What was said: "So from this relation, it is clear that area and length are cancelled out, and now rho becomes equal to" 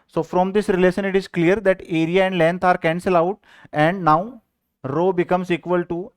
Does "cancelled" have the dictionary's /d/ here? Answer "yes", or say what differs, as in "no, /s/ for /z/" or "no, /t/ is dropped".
no, /d/ is dropped